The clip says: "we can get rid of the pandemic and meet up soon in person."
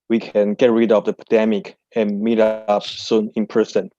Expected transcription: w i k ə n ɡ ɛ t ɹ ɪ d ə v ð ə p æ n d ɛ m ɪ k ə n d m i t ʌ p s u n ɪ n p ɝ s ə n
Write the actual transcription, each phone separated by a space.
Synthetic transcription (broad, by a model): w i k ə n ɡ ɛ t ɹ ɪ d ə v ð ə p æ d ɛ m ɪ k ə n m i t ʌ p s u n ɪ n p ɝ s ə n